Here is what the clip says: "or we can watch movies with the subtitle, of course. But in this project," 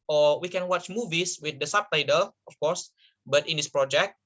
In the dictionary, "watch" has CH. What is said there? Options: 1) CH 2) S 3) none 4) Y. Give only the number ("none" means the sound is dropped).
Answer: 1